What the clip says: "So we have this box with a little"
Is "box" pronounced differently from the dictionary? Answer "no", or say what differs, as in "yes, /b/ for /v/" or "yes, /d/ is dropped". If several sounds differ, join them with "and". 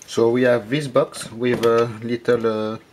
no